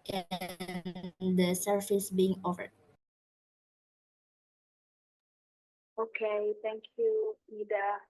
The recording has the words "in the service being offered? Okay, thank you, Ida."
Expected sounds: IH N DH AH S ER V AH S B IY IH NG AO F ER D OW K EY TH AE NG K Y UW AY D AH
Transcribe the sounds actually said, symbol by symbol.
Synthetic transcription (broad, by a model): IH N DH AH S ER F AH S B IY IH NG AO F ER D OW K EY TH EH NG K Y UW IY D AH